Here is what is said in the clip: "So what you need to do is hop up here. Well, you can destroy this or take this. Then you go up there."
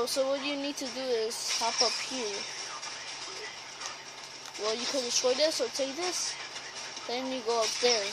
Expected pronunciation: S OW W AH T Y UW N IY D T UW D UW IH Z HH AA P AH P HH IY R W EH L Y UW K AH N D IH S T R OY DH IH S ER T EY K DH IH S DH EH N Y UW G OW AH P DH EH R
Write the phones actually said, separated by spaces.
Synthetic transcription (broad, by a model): S OW W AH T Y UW N IY D T UW D UW IH Z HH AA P AH P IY L W EH L Y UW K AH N D IH S T R OY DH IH S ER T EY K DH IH S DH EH N Y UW G OW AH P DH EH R